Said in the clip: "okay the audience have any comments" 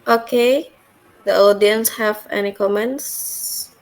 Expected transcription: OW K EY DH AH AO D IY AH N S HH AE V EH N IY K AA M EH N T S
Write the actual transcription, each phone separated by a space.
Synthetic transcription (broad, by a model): OW K EY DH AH AO D IY AH N S HH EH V EH N IY K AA M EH N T S